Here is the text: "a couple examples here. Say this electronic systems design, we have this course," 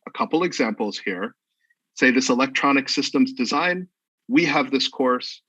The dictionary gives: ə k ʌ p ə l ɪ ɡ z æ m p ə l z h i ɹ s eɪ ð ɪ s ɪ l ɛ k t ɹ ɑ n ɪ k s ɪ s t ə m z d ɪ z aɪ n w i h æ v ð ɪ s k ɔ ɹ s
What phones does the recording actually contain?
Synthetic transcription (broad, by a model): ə k ʌ p l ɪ ɡ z æ m p l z h i ɹ s eɪ ð ɪ s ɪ l ɛ k t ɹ ɑ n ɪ k s ɪ s t ə m z d ɪ z aɪ n w i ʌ v ð ɪ s k ɔ ɹ s